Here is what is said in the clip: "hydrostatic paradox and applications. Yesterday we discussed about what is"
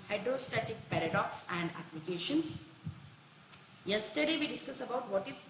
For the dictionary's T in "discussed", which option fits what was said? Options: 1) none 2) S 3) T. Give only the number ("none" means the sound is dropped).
1